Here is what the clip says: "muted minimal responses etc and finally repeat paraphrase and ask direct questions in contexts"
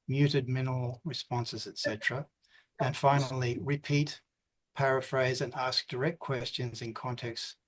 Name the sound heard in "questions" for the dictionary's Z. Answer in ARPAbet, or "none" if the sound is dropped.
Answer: Z